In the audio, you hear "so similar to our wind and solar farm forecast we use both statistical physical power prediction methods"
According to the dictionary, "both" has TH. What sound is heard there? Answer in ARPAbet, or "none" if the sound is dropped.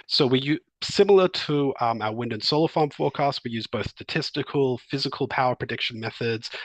TH